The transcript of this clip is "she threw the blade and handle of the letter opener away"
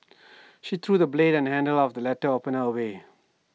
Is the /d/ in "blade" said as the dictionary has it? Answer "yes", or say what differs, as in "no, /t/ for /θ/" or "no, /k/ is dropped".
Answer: yes